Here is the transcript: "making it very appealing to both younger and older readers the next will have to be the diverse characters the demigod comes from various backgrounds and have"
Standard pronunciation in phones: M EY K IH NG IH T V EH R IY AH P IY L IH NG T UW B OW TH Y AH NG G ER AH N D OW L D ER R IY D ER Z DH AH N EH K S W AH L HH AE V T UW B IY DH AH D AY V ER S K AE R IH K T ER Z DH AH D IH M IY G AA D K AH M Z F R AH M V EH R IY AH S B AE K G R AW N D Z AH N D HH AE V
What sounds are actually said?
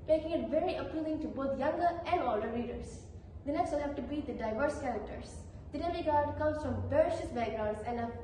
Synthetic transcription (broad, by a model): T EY K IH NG IH T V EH R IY AH P IY L IH NG T UW B OW T Y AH NG G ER AH N D OW L D ER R IY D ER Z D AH N EH K S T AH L HH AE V T UW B IY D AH D AY V ER S K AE R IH K T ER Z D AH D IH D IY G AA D K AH M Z F R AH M B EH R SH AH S B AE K G R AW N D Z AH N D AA